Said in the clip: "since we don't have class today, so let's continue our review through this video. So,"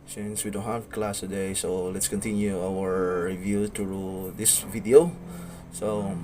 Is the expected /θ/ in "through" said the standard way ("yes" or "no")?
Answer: no